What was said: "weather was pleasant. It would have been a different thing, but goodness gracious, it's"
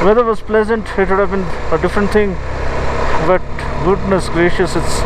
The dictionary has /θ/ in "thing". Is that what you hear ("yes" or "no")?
no